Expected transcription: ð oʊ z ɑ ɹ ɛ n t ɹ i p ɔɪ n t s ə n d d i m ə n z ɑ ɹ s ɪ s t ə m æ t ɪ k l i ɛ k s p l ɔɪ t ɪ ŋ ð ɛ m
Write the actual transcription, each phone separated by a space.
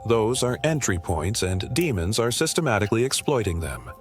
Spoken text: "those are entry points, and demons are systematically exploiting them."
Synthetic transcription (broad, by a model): ð oʊ z ɑ ɹ ɛ n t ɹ i p ɔɪ n t s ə n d d i m ə n z ɑ ɹ s ɪ s t ə m æ t ɪ k l i ɛ k s p l ɔɪ t ɪ ŋ ð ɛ m